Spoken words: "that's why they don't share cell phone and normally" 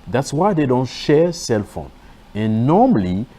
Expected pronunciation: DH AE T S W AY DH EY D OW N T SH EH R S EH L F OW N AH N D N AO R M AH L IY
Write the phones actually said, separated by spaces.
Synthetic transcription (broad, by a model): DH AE T S W AY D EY D OW N T SH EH S EH L F OW N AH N N AO M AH L IY